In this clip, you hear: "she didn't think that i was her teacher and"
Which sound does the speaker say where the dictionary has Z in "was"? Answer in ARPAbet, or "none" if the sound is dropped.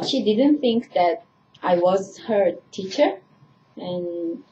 Z